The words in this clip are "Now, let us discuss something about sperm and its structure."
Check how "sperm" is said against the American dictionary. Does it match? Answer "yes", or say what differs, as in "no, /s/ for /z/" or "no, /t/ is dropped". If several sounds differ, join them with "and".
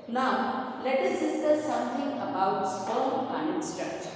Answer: no, /m/ is dropped